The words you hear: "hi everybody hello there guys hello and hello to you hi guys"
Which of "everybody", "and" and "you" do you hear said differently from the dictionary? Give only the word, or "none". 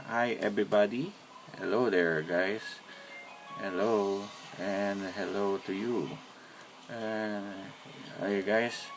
everybody